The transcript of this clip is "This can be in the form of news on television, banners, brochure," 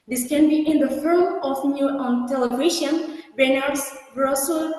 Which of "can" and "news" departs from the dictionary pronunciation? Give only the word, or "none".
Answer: news